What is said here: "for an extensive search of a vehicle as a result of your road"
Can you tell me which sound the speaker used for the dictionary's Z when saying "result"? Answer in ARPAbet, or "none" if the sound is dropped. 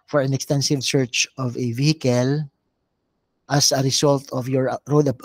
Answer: S